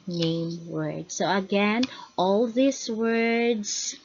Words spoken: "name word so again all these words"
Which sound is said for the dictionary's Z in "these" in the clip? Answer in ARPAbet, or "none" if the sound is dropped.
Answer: S